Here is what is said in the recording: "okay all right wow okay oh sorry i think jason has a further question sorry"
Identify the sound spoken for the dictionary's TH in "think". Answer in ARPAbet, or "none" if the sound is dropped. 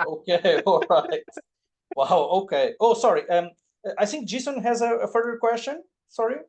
TH